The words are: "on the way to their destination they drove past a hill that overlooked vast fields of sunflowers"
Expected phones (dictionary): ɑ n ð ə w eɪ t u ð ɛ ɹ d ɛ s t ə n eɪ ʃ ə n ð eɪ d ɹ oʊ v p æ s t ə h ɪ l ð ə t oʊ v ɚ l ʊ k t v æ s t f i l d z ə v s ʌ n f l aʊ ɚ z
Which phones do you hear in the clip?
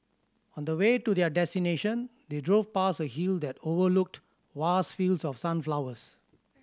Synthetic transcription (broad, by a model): ɑ n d ə w eɪ t u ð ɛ d ɛ s t ə n eɪ ʃ ə n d eɪ d ɹ oʊ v p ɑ s ə h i l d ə t oʊ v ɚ l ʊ k t w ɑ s f i l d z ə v s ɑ n f l aʊ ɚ s